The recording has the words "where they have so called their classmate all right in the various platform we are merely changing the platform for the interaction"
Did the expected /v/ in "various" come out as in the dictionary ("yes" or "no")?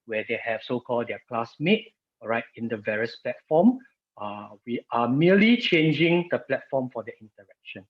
yes